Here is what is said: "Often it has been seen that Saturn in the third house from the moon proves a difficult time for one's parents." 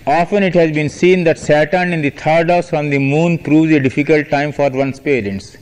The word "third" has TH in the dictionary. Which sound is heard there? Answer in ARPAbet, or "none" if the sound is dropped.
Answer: T